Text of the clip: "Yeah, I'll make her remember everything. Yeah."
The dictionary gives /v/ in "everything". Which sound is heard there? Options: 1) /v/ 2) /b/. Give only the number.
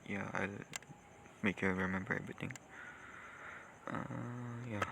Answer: 2